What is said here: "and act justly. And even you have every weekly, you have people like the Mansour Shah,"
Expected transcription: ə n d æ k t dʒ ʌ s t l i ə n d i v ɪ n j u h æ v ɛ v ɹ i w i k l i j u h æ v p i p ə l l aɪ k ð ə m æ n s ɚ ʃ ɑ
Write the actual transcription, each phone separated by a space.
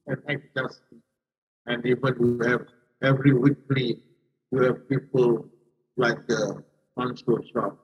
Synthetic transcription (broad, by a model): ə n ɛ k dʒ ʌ s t i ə n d i v ɪ n j u h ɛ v ɛ v ɹ i w i k l i j u h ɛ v p i p ə l l aɪ k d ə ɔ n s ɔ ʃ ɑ